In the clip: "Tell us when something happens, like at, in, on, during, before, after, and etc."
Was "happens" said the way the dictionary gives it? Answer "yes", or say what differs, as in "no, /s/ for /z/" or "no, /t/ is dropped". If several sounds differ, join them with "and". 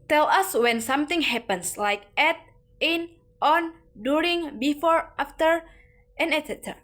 no, /s/ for /z/